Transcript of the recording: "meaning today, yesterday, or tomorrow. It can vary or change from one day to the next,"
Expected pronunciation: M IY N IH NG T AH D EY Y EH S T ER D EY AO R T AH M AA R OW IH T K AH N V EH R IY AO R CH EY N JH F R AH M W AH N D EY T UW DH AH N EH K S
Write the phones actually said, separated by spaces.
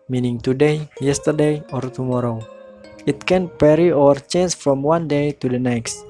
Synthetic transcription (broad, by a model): M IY N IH NG T AH D EY Y EH S T ER D EY AO R T AH M AA R OW IH T K AH N P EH R IY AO R CH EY N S F R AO M W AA N D EY T UW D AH N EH K S